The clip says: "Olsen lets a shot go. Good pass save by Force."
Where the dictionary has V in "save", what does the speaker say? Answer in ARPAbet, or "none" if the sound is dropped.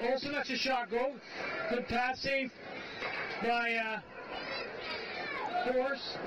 F